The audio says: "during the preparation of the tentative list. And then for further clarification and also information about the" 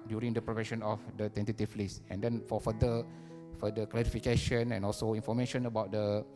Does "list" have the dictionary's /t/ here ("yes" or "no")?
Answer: no